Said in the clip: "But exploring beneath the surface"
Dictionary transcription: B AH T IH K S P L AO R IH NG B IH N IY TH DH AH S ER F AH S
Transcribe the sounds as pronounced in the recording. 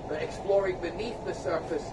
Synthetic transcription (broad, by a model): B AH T IH K S P L AO R IH NG B IH N IY TH DH AH S ER F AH S